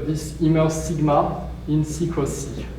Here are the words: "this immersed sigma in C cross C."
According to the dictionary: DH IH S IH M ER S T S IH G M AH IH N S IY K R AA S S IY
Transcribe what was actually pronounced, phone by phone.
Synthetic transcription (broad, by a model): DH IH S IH M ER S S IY G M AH IH N S IY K W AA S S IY